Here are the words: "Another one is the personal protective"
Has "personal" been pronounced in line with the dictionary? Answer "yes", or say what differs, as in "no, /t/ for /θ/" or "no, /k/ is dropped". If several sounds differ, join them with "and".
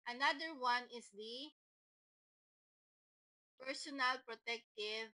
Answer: yes